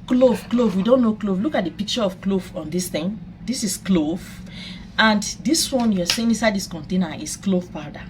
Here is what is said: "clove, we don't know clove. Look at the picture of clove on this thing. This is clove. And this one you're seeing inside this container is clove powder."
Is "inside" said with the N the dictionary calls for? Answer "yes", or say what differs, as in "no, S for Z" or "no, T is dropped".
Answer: no, N is dropped